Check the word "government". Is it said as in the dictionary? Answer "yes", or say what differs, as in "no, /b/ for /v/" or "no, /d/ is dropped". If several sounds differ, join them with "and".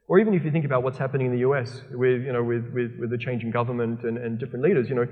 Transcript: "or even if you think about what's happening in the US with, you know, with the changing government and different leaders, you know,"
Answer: yes